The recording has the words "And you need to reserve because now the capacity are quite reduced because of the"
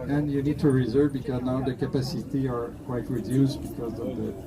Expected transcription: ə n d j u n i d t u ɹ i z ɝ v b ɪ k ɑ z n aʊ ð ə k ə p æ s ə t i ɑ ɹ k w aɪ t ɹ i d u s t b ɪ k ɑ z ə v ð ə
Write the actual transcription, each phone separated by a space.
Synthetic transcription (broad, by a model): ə n j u n i d t u ɹ i z ɝ v b ɪ k ɑ z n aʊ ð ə k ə p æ s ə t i ɑ ɹ k w aɪ t ɹ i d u s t b ɪ k ɑ z ə v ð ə